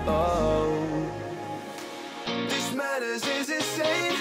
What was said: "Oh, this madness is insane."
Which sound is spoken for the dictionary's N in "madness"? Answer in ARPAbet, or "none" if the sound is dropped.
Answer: none